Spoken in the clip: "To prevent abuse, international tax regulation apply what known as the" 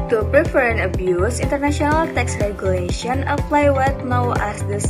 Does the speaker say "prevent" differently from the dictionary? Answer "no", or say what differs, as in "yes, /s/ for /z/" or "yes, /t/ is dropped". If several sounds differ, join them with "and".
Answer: yes, /t/ is dropped